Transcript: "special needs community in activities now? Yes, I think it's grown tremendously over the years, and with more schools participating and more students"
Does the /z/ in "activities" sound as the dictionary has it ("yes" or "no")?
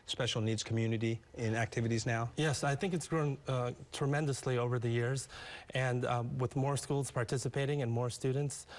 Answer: yes